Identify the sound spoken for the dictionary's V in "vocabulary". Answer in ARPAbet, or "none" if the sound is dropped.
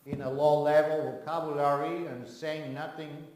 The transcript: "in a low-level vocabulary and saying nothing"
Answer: W